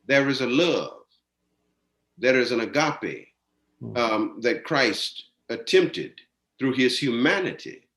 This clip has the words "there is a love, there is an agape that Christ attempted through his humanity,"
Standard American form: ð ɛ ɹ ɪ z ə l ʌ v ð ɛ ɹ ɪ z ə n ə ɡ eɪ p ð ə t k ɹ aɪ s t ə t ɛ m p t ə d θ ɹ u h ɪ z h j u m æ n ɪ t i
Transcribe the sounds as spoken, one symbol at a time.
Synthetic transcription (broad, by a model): ð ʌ ɹ ɪ z ə l ʌ v ð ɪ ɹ ɪ z ə n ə ɡ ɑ p ð ə t k ɹ aɪ s t ə t ɛ m p t ə d θ ɹ u ɪ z h j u m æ n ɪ t i